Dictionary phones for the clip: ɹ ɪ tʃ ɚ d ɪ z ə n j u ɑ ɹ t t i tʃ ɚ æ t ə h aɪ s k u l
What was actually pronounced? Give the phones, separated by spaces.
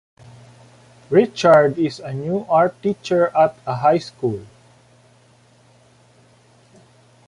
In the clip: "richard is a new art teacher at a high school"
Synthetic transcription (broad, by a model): ɹ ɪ tʃ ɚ d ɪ s ə n j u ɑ ɹ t t i tʃ ɚ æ t ə h aɪ s k u l